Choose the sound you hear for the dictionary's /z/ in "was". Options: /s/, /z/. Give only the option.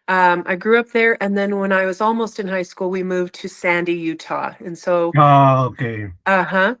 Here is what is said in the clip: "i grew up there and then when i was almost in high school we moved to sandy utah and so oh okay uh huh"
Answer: /z/